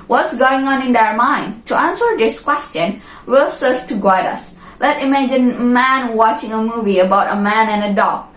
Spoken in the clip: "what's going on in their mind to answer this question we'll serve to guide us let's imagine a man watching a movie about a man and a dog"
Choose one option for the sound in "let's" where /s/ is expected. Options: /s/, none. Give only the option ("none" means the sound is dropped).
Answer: none